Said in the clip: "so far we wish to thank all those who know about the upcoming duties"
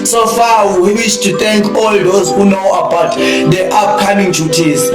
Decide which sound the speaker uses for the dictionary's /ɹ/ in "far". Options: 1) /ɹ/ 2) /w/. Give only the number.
2